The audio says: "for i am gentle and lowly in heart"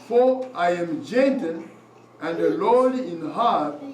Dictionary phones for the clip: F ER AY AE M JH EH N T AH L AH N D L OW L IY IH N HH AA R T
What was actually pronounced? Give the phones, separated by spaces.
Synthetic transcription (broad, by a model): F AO AY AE M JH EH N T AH N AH N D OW L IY IH N HH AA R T